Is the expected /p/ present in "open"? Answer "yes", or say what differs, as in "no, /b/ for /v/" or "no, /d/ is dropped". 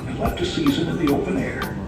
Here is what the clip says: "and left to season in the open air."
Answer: yes